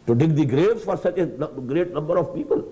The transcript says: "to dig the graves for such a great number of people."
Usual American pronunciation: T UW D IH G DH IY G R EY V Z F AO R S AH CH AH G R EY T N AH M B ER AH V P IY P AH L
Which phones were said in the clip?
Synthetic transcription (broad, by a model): T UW D IH G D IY G R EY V F AO R S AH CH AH G R EY T N AH M B ER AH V P IY P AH L